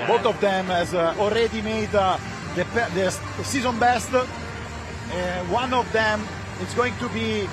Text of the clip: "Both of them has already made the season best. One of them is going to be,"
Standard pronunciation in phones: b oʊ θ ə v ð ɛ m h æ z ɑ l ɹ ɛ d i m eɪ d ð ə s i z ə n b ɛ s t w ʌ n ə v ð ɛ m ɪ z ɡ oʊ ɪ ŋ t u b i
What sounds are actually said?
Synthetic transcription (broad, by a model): b oʊ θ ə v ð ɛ m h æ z ɑ l ɹ ɛ d i m eɪ d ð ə s i z ə n b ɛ s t w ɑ n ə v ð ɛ m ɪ s ɡ oʊ ɪ ŋ t u b i